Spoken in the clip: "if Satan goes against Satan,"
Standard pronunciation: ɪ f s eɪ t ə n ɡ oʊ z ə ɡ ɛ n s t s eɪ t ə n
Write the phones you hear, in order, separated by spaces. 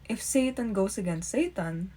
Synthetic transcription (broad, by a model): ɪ f s eɪ t ə n ɡ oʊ s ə ɡ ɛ n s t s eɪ t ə n